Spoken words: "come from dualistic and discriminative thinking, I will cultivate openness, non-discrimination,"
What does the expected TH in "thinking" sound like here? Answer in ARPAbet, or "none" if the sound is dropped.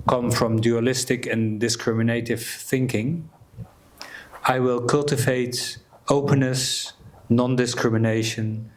TH